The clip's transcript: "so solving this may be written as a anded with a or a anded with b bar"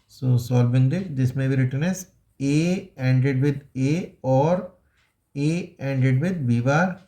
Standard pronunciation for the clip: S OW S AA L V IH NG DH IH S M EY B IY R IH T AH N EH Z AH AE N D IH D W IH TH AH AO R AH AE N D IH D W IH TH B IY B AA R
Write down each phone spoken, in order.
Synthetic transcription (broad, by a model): S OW S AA L B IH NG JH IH S M EY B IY R IH T AH N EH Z AH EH N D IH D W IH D AH AO R AH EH N D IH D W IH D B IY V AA R